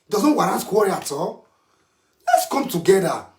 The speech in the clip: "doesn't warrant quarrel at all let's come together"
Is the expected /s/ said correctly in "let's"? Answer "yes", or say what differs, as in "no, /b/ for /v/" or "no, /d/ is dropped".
yes